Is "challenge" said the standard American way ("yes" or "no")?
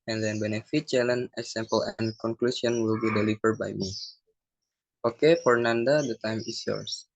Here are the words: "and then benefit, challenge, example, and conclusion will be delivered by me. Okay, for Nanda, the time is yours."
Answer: no